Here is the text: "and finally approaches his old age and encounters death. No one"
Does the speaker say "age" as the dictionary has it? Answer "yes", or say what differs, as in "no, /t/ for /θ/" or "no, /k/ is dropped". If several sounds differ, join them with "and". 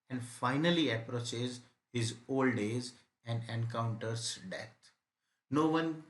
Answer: no, /z/ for /dʒ/